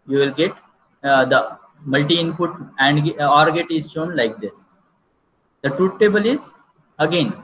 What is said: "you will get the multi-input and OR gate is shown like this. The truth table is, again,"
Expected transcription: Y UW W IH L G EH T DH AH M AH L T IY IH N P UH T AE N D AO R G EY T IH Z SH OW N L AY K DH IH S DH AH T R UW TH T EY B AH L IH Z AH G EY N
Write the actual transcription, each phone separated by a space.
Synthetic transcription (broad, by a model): Y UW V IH L G EH T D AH M AH L T IY IH N P UH T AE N D AO R G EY T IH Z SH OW N L AY K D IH S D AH T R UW T T EY B AH L IH Z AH G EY N